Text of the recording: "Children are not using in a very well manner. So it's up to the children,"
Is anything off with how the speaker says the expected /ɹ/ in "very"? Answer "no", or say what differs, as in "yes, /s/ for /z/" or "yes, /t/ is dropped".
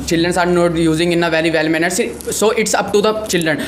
yes, /l/ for /ɹ/